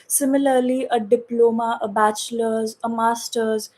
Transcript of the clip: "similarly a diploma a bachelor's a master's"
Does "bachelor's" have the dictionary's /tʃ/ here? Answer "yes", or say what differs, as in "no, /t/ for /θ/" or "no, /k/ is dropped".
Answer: yes